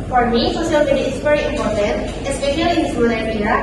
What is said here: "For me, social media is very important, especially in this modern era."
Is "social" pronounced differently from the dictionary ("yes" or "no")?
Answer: yes